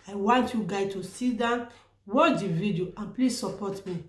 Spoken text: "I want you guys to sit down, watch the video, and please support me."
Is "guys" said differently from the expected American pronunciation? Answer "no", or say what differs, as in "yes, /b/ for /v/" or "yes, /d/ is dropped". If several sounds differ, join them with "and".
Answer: yes, /z/ is dropped